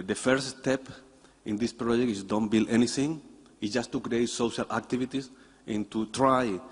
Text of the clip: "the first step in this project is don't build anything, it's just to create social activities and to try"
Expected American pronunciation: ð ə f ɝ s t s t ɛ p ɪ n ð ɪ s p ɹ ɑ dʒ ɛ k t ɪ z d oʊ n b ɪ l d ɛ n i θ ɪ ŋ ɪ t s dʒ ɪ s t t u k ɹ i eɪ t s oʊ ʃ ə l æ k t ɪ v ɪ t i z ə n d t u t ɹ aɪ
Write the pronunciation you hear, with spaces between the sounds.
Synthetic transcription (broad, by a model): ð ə f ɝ t s t ɛ p ɪ n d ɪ s p ɹ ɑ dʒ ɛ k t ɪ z d oʊ n b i l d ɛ n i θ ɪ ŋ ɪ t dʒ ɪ s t t u k ɹ i eɪ t s oʊ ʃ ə l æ k t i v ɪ t i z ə n t u t ɹ aɪ